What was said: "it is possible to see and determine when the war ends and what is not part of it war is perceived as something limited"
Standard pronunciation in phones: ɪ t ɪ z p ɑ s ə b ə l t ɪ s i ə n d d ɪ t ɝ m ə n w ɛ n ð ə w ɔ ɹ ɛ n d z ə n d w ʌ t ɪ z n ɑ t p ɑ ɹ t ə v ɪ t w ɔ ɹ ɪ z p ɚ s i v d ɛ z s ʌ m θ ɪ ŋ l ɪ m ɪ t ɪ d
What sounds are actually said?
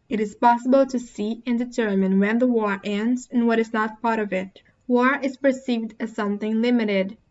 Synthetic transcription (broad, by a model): ɪ t ɪ z p ɑ s ə b ə l t ɪ s i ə n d d ɪ t ɝ m ə n w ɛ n ð ə w ɔ ɹ ɛ n d z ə n w ʌ t ɪ z n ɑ t p ɑ ɹ t ə v ɪ t w ɔ ɹ ɪ z p ɚ s i v d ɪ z s ʌ m θ ɪ ŋ l ɪ m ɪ t ɪ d